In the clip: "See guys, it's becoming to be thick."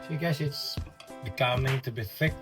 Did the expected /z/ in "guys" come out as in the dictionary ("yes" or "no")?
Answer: no